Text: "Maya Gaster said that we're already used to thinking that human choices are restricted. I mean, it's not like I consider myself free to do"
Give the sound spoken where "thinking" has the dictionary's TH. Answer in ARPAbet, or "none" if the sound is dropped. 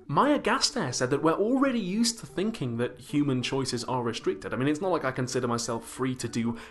TH